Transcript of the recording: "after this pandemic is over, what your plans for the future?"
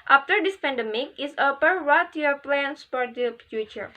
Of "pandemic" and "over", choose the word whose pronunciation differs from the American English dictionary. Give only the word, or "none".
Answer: over